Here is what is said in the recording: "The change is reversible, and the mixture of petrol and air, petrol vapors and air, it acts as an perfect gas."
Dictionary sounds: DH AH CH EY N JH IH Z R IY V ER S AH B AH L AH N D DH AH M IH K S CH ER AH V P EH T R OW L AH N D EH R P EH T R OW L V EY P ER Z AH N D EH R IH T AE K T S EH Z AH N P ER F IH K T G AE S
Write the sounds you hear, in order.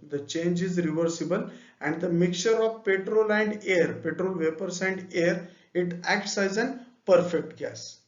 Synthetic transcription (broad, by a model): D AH CH EY N JH IH Z R IY V ER S AH B AH L AH N D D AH M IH K CH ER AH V P EH T R OW L AH N D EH R P EH T R OW L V EY P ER S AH N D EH R IH T AE K T S EH Z AH N P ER F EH K T G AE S